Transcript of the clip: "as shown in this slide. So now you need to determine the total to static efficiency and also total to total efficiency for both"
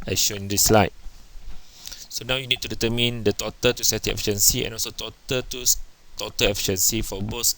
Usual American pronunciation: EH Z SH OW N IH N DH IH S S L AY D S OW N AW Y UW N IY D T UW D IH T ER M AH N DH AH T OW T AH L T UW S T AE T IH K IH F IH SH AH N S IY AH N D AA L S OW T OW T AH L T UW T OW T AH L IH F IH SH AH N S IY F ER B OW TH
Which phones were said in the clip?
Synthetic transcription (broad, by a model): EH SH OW IH N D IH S S L AY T S OW N AW Y UW N IY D T UW D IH T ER M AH N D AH T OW T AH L T UW S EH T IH IH F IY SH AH N S IY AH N AA L S OW T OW T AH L T UW T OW T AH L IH F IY SH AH N S IY F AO B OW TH